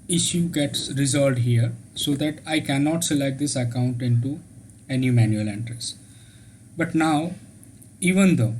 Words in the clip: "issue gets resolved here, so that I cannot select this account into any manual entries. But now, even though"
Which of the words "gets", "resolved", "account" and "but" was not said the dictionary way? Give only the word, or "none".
resolved